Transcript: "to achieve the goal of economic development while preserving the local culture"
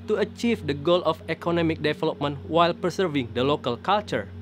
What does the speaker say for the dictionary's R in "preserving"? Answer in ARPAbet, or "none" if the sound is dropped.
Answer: none